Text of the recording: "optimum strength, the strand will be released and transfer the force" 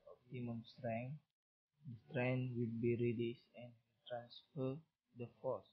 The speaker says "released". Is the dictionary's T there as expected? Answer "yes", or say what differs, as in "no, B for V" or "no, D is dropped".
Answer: no, T is dropped